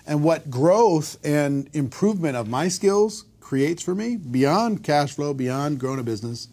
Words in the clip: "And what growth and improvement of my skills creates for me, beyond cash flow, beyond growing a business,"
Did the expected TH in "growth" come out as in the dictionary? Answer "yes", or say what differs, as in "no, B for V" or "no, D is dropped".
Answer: yes